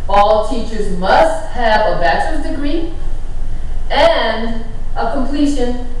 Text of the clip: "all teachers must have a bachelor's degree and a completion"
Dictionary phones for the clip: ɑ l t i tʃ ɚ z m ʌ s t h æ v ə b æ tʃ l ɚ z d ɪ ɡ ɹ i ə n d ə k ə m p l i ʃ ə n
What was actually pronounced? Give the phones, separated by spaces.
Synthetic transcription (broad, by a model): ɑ l t i tʃ ɚ z m ʌ s t h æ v ə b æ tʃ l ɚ s d ɪ ɡ ɹ i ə n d ə k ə m p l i ʃ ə n